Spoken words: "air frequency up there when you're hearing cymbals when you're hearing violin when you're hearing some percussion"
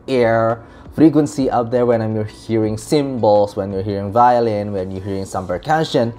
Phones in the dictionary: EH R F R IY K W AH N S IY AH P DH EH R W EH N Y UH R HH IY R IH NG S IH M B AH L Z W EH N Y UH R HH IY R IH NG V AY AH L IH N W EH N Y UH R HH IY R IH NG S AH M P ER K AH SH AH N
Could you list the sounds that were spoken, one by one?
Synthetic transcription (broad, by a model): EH R F R IY K W AH N S IY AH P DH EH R W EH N Y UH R HH IY R IH NG S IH M B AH L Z W EH N Y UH R HH IY R IH NG V AY AH L IH N W EH N Y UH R HH IY R IH NG S AH M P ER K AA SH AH N